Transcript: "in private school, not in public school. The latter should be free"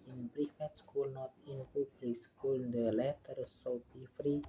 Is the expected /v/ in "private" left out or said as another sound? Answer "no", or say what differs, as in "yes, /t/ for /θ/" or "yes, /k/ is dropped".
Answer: yes, /f/ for /v/